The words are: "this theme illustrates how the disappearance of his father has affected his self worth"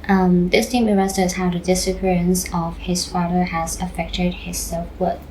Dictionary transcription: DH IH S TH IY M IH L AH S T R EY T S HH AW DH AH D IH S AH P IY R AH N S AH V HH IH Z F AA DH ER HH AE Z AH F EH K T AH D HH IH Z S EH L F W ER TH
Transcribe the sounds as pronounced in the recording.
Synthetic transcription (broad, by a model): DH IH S T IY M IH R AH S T EY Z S HH AW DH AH D IH S AH P IY R AH N S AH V HH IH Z F AA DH ER HH AE Z AH F EH K T AH D HH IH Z S EH L F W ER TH